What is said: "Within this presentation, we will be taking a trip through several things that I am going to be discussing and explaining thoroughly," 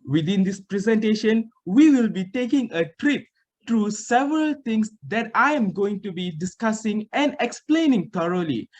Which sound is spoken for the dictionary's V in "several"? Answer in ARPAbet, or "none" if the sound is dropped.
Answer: V